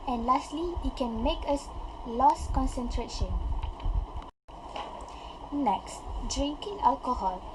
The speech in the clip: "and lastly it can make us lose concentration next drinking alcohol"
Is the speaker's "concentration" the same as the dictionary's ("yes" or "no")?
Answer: yes